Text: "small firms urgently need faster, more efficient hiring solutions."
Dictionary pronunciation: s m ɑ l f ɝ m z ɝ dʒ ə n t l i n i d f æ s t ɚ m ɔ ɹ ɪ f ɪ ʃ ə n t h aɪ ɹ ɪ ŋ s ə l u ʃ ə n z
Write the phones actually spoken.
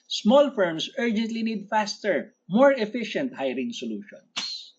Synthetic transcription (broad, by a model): s m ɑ l f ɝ m s ɝ dʒ ə n t l i n i d f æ s t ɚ m ɔ ɹ ɪ f ɪ ʃ ə n t h aɪ ɹ ɪ ŋ s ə l u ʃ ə n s